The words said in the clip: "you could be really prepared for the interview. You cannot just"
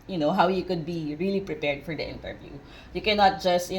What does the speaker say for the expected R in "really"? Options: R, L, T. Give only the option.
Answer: R